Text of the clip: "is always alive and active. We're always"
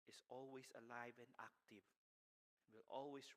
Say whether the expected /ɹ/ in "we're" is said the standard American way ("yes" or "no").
no